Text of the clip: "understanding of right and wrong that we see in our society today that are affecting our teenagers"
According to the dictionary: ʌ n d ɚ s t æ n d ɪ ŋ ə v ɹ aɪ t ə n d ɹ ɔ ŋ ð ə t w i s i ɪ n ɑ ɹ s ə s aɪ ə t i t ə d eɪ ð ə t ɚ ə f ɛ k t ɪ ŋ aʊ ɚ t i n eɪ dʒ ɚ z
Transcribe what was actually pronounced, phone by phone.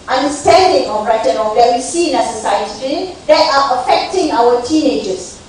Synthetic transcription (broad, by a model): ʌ n d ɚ s t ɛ n d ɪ ŋ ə b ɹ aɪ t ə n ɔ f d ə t w i s i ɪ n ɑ s ə s aɪ ə t i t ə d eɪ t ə t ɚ ə f ɛ k t ɪ ŋ aʊ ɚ t i n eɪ dʒ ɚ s